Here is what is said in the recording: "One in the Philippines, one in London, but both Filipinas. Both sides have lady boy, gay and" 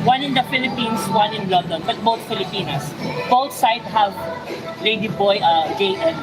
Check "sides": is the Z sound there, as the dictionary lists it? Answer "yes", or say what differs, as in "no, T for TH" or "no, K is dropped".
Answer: no, Z is dropped